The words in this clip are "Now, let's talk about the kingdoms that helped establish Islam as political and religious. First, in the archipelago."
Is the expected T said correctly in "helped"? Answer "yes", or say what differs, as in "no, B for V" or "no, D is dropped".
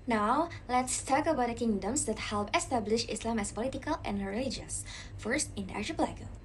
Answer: no, T is dropped